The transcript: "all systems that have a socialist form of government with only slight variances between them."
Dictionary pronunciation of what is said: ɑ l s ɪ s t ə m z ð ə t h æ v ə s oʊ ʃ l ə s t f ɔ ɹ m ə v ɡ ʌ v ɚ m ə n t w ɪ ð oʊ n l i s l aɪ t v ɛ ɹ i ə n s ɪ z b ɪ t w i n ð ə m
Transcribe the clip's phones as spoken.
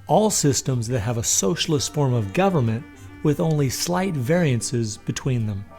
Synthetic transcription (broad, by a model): ɑ l s ɪ s t ə m z ð ə t h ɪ v ə s oʊ ʃ l ə s t f ɔ ɹ m ə v ɡ ʌ v ɚ m ə n t w ɪ ð oʊ n l i s l aɪ t v ɛ ɹ i ə n s ɪ z b ɪ t w i n ð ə m